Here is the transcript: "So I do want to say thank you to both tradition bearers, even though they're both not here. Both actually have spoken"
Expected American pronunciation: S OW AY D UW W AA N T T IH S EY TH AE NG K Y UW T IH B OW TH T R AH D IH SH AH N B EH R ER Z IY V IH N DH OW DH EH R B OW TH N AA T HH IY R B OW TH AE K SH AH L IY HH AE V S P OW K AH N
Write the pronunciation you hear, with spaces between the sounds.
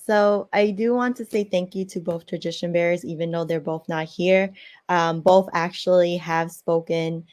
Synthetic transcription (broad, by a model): S OW AY D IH W AA N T T IH S EY TH AE NG K Y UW T IH B OW TH T R AH D IH SH AH N B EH R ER Z IY V IH N DH OW DH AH R B OW TH N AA T HH IY R B OW TH AE K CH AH L IY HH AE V S P OW K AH N